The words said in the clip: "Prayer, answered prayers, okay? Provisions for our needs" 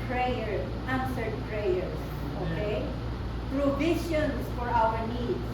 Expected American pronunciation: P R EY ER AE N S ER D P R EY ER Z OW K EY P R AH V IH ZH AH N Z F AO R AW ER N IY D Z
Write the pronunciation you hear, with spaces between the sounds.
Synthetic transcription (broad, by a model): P R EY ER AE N S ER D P R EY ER S OW K EY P R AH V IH SH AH N S F AO R AW ER N IY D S